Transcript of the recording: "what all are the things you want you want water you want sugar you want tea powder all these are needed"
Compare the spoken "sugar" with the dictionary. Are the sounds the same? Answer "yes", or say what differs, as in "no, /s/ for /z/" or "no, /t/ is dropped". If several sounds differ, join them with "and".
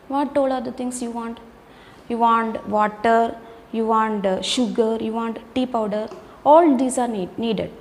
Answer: yes